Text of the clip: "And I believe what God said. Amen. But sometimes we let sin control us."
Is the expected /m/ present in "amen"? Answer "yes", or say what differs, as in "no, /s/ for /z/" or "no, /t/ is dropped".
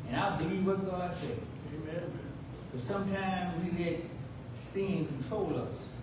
no, /m/ is dropped